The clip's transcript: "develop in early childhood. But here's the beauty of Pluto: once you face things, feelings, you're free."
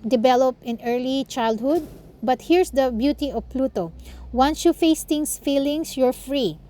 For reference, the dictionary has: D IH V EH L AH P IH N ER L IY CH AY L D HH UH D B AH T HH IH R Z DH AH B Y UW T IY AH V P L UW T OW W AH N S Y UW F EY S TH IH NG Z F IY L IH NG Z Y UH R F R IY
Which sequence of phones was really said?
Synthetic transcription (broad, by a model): D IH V EH L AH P IH N ER L IY CH AY L D HH UH D B AH T HH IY R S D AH B Y UW T IY AH V P L UW T OW W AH N S Y UW F EY S T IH NG S F IY L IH NG S Y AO R F R IY